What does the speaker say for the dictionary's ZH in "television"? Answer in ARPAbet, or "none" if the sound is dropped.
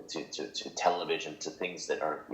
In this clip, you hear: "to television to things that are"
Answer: ZH